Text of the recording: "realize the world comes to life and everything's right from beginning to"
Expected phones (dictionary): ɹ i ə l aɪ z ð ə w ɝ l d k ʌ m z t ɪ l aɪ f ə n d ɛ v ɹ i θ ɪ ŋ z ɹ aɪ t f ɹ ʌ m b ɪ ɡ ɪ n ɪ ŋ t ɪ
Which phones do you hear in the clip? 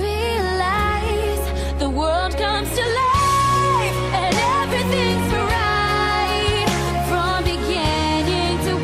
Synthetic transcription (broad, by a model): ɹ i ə l aɪ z ð ə w ɝ l d k ʌ m z t ɪ l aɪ ə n ɛ v ɹ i θ ɪ ŋ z ɹ aɪ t f ɹ ʌ m b ɪ ɡ ɪ n ɪ ŋ t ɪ